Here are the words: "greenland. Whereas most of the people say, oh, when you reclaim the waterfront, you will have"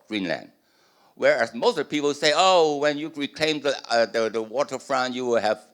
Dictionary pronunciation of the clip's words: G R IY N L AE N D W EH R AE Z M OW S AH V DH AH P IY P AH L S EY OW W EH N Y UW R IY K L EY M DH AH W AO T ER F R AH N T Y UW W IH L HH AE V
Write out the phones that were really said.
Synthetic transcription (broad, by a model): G R IY N L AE N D W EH R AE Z M OW AH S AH P IY P AH L S EY OW W EH N Y UW R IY K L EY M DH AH W AO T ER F R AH N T Y UW W IH L HH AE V